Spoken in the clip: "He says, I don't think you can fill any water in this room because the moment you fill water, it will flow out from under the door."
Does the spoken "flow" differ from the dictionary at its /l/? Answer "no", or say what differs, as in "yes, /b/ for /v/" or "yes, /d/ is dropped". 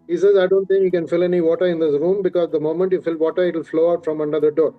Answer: no